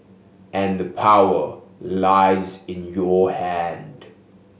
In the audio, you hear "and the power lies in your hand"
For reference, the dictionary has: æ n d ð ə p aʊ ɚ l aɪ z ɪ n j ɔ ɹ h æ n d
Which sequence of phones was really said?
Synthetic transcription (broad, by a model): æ n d ð ə p aʊ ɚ l aɪ z ɪ n j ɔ h æ n d